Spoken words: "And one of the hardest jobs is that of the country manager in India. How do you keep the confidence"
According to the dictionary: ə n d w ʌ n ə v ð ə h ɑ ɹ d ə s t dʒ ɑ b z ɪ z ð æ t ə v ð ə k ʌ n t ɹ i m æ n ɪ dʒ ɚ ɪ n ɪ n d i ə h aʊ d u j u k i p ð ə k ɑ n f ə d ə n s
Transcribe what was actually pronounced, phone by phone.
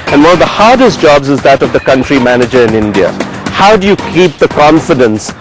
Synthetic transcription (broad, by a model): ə n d w ʌ n ə v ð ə h ɑ ɹ d ə s t dʒ ɑ b z ɪ z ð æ t ə v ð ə k ʌ n t ɹ i m æ n ɪ dʒ ɚ ɪ n ɪ n d i ə h aʊ d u j u k i p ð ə k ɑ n f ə d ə n s